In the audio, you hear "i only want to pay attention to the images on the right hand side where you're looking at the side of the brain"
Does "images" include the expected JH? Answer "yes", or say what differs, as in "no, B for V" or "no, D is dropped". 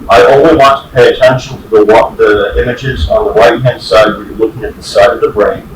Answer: yes